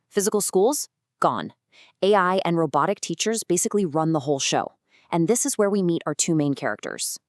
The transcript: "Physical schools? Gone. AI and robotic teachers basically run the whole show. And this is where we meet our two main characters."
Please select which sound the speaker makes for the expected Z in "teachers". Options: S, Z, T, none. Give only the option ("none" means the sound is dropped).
Z